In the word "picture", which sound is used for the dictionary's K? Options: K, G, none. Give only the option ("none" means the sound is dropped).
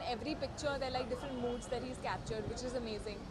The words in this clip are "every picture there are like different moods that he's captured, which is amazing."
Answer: K